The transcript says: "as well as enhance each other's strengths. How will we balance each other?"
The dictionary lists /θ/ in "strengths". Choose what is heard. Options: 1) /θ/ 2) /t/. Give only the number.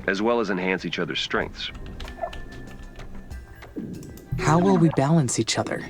1